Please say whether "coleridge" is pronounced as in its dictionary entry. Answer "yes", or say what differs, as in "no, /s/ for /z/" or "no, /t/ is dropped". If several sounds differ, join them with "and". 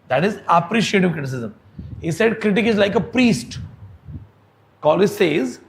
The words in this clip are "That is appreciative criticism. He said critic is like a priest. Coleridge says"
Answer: no, /ɹ/ is dropped